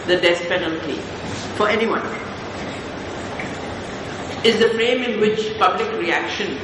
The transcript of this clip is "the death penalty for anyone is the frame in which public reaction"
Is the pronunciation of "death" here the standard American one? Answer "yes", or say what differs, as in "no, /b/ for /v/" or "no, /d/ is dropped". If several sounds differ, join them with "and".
no, /s/ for /θ/